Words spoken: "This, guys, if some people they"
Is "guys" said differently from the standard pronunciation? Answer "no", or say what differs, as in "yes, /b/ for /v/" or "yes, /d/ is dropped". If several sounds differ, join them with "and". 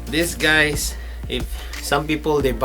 yes, /s/ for /z/